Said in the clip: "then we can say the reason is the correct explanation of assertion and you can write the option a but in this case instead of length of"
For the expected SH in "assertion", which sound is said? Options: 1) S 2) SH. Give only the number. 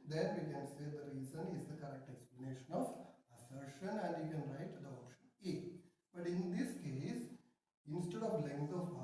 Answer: 2